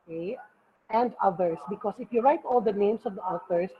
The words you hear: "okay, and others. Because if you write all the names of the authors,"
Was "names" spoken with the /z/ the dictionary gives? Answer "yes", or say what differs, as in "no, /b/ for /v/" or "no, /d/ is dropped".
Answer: no, /s/ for /z/